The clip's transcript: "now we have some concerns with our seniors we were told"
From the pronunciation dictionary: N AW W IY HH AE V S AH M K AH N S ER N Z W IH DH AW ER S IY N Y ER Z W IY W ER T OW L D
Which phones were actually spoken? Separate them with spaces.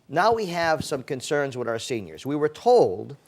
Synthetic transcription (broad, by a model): N AW W IY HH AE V S AH M K AH N S ER N Z W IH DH AW ER S IY N Y ER Z W IY W ER T OW L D